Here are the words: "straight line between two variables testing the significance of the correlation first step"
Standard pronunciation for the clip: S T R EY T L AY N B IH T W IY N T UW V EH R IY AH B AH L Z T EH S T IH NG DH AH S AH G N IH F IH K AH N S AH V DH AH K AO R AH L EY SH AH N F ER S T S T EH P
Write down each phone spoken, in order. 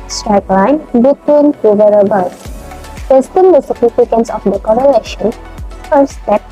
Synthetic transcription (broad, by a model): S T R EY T L AY N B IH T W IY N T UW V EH R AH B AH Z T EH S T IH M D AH S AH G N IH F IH K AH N S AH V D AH K AO R AH L EY SH AH N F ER T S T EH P